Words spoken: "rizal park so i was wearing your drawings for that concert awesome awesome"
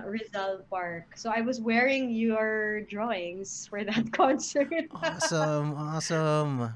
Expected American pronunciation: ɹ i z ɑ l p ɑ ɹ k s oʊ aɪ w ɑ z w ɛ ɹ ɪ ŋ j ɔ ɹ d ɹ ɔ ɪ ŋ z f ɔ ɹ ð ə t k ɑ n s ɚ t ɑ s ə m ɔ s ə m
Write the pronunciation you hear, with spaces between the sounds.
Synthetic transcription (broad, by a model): ɹ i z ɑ l p ɑ ɹ k s oʊ aɪ w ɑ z w ɛ ɹ ɪ ŋ j ɔ ɹ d ɹ ɔ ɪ ŋ s f ɔ ɹ ð ə t k ɑ n s ɚ t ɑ s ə m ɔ s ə m